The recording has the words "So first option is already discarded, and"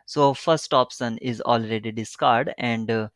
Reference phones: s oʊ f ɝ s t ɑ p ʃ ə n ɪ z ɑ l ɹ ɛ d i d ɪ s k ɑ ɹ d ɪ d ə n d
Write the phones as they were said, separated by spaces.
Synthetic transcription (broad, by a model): s oʊ f ɝ s t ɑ p s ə n ɪ z ɑ l ɹ ɛ d i d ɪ s k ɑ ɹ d d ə n d